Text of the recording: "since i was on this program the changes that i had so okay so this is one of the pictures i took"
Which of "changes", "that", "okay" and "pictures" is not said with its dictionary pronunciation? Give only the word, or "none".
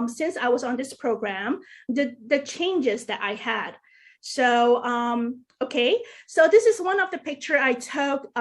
pictures